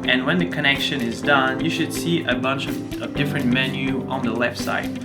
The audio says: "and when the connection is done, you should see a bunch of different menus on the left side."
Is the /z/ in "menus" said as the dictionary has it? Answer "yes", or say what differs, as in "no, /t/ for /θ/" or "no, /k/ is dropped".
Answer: no, /z/ is dropped